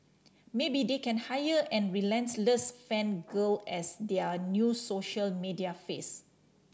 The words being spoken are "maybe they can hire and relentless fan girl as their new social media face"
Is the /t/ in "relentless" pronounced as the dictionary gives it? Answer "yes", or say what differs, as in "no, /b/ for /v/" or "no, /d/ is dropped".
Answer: no, /s/ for /t/